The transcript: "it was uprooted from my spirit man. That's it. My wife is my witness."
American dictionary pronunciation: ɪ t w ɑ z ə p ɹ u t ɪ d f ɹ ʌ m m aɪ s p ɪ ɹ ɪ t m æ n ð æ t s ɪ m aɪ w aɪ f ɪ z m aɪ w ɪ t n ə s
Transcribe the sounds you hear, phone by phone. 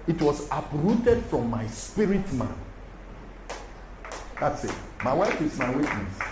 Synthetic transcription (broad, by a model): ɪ t w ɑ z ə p ɹ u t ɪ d f ɹ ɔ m m aɪ s p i ɹ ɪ t m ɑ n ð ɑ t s ɪ m aɪ w aɪ f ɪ s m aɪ w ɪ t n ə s